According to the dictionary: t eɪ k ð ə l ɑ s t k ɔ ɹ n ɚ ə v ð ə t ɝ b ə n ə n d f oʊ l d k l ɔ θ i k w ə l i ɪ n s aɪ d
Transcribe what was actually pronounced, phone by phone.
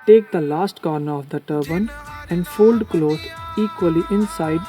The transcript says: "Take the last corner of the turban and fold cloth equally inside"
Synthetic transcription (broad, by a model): t eɪ k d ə l ɑ s t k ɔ ɹ n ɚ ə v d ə t ɝ b ə n ə n d f oʊ l d k l ɔ t i k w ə l i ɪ n s aɪ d